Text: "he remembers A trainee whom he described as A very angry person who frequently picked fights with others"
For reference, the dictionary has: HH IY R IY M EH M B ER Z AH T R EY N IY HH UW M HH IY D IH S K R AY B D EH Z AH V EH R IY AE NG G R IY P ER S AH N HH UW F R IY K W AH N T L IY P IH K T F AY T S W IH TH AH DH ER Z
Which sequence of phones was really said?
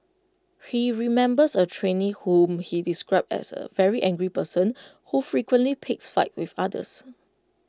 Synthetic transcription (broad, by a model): HH IY R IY M EH M B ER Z AH T R EY N IY HH UW M HH IY D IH S K R AY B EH S AH V EH R IY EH NG G R IY P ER S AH N HH UW F R IY K W AH N T L IY P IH K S F AY T W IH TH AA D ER S